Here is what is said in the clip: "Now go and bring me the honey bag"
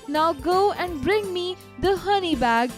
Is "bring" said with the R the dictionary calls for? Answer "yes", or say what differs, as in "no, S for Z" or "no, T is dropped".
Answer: yes